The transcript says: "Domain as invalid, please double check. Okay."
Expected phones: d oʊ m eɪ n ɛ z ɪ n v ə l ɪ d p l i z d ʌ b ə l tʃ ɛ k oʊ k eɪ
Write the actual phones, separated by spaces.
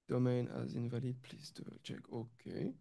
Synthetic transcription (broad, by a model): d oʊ m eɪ n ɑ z ɪ n v ə l ɪ d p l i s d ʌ ə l tʃ ɛ k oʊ k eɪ